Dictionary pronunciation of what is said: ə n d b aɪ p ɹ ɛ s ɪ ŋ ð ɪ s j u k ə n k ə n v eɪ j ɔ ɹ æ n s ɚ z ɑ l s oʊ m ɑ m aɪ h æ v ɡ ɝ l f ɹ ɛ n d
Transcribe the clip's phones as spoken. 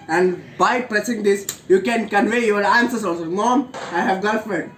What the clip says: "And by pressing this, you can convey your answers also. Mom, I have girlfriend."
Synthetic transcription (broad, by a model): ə n d b aɪ p ɹ ɛ s ɪ ŋ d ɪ s j u k ə n k ə n v eɪ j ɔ ɹ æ n s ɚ s ɑ l s oʊ m ɑ m aɪ h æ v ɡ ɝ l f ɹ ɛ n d